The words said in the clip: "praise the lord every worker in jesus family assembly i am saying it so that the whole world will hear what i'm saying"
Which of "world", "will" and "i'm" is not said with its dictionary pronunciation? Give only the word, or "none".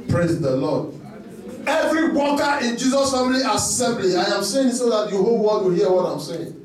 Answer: world